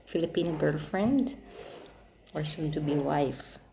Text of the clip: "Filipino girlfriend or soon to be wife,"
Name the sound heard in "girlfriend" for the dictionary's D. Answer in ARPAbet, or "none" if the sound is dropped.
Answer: D